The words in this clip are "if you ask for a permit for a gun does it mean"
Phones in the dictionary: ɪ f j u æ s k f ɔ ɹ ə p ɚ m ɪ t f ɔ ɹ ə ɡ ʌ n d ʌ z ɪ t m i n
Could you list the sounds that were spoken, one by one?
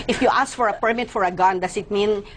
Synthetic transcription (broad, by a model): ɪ f j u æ s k f ɔ ɹ ə p ɚ m ɪ t f ɔ ɹ ə ɡ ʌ n d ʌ s ɪ t m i n